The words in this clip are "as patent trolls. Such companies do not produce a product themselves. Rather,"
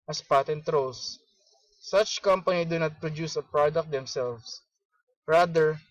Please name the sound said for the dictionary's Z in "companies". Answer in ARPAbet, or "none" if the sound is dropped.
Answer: none